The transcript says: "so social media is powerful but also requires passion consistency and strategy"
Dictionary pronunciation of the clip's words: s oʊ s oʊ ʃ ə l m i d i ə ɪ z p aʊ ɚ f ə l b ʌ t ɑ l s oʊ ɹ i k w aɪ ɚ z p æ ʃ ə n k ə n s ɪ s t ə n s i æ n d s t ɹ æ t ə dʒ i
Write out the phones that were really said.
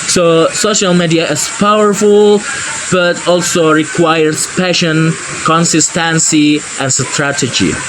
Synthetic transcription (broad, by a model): s oʊ s oʊ ʃ ə l m i d i ə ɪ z p aʊ ɚ f ə l b ʌ t ɑ l s oʊ ɹ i k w aɪ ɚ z p æ ʃ ə n k ə n s ɪ s t ə n s i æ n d s t ɹ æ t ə dʒ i